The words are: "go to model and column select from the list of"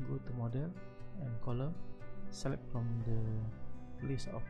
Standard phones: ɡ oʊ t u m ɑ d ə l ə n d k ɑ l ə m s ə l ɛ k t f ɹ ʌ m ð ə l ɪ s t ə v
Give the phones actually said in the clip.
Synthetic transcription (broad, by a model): ɡ oʊ t u m ɑ d ə l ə n k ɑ l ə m s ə l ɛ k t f ɹ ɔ m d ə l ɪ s ə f